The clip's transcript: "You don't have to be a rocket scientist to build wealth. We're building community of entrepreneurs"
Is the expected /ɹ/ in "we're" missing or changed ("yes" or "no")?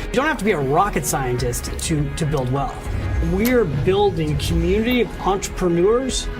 no